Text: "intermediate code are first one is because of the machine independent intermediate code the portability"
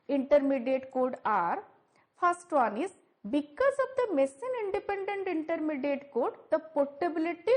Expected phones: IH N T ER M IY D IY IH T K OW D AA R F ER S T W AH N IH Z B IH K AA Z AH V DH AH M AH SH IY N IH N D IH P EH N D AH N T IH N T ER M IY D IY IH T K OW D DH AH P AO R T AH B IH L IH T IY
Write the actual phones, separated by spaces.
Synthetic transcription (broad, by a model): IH N T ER M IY D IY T K OW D AA R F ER S T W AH N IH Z B IH K AA Z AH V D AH M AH S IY N IH N D IH P EH N D AH N T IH N T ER M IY D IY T K OW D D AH P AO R T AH B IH L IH T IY